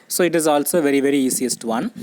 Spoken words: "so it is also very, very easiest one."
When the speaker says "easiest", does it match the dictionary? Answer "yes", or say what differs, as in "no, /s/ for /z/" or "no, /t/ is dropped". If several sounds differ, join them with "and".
no, /s/ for /z/